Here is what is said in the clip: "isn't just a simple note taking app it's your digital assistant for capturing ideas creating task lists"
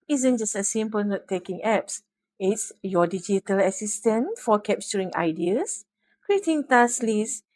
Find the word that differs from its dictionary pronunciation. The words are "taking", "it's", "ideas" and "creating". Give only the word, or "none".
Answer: ideas